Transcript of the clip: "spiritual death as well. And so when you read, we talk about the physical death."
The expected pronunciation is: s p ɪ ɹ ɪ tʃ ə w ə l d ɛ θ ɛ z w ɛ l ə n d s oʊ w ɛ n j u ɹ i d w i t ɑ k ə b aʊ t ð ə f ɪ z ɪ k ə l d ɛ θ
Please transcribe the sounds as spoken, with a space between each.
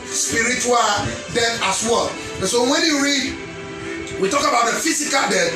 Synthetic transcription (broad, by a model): s p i ɹ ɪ tʃ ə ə l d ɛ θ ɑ s w ɛ l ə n s oʊ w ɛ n j u ɹ i d w i t ɑ k ə b aʊ t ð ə f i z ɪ k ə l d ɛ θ